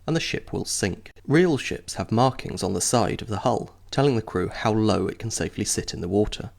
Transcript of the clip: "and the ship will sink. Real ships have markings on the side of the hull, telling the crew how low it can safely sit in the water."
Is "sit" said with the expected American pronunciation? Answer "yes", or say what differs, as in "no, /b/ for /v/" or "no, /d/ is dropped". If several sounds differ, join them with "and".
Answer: yes